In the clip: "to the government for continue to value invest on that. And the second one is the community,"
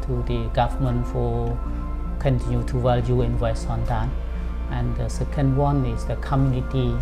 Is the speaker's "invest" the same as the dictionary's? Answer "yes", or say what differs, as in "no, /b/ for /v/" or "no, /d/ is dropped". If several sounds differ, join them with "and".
no, /t/ is dropped